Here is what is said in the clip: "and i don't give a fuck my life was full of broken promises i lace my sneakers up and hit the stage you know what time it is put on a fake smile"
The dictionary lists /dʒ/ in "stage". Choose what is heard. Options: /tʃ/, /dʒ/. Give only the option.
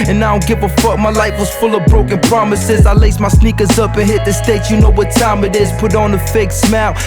/tʃ/